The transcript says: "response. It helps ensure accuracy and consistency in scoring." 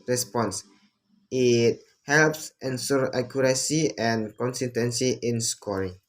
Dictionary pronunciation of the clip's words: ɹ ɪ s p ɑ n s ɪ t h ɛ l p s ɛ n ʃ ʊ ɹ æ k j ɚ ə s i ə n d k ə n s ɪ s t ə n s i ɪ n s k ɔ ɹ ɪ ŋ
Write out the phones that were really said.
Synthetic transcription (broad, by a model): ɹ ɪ s p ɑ n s ɪ t h ɛ l p s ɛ n s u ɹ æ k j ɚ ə s i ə n k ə n s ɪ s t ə n s i ɪ n s k ɔ ɹ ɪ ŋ